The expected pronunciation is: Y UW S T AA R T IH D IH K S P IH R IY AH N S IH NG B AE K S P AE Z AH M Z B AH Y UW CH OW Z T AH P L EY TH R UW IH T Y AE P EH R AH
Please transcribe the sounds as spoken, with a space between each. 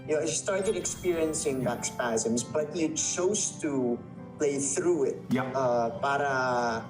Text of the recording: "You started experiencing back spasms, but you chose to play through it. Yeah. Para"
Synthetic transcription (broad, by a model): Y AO S T AA R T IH D IH K S P IH R IY AH N S IH NG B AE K S P AE Z AH M Z B AH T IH CH OW Z T AH P L EY TH R UW IH T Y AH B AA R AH